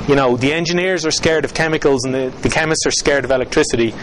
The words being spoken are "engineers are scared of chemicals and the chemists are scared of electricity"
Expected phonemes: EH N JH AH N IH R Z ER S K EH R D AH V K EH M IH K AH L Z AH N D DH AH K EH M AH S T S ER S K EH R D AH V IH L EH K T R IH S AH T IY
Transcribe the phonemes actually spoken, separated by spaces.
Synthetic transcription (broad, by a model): EH N JH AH N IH R Z ER S K EH R D AH V K EH M IH K AH L Z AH N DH DH AH K EH M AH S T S ER S K EH R D AH V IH L EH K T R IH S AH T IY